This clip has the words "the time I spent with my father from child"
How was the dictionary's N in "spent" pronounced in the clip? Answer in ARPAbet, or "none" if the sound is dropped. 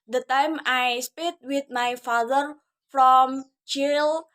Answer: none